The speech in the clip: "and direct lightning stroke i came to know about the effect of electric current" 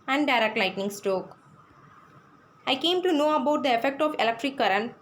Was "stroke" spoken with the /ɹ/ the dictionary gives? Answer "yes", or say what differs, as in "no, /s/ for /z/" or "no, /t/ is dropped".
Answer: no, /ɹ/ is dropped